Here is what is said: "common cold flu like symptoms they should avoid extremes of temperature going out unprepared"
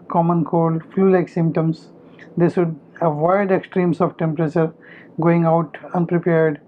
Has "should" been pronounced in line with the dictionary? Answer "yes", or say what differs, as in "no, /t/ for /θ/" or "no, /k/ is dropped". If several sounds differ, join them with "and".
no, /s/ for /ʃ/